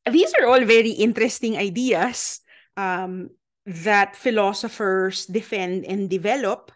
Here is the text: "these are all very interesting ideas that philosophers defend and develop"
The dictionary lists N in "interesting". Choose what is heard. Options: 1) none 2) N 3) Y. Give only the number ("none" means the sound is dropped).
2